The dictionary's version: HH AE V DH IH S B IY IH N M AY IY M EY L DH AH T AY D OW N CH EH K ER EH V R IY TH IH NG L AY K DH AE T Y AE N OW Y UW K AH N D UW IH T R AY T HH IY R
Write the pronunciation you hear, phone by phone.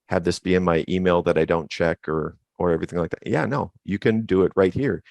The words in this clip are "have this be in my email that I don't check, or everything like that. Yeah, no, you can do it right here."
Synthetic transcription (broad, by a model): HH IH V DH IH S B IY IH N M AY IY M EY L DH AH T AY D OW N CH EH K ER EH V R IY TH IH NG L AY K DH AE T Y AE N OW Y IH K AH N D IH IH T R AY T HH IY R